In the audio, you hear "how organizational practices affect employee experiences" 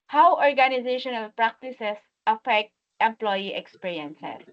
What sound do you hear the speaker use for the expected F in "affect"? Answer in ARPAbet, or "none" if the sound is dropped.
F